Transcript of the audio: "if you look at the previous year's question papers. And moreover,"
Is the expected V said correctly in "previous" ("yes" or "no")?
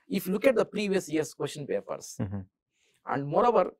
yes